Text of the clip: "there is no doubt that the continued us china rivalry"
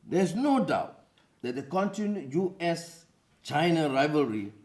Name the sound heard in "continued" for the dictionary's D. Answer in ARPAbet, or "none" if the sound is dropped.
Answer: none